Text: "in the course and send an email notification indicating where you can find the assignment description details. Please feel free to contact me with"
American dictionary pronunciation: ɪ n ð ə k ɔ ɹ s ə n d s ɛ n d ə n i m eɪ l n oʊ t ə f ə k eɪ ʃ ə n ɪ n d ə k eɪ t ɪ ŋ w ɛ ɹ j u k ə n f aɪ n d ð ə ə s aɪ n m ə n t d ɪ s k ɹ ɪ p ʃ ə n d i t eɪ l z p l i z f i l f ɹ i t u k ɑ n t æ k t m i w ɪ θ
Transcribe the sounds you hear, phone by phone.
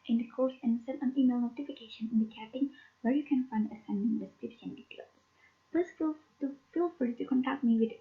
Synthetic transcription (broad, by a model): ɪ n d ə k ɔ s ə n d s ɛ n ə n i m eɪ l n oʊ t ə f ə k eɪ ʃ ə n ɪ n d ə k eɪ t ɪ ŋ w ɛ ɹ j u k ə n f aɪ n d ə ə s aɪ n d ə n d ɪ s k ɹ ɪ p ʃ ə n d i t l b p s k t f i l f ʌ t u k ɑ n t æ k t m i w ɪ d